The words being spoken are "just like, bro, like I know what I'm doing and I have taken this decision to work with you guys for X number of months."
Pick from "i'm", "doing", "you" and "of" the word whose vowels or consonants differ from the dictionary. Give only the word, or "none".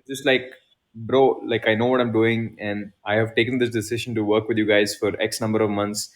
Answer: none